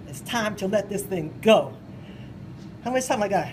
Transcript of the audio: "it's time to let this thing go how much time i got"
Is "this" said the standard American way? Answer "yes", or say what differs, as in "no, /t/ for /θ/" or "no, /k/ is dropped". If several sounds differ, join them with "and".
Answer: yes